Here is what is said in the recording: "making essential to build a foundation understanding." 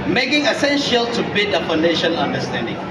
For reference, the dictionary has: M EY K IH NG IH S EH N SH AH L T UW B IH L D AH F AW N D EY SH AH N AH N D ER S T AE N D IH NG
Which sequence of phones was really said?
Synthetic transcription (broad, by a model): M EY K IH NG IH S EH N SH AH L T UW B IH D AH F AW N D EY SH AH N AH N D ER S T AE N D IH NG